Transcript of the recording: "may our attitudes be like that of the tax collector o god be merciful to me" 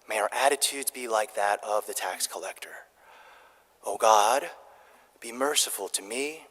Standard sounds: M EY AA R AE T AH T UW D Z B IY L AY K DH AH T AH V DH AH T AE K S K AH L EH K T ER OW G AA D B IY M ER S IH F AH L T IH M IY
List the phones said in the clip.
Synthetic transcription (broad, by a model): M EY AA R AE T AH T UW D Z B IY L AY K DH AH T AH V DH AH T AE K S K AH L EH K T ER OW G AA D B IY M ER S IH F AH L T IH M IY